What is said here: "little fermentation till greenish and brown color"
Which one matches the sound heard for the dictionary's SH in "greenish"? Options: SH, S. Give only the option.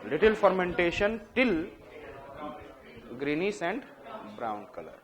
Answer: S